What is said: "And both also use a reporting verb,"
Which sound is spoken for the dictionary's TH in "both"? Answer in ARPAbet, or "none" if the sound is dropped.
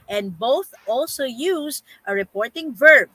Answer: TH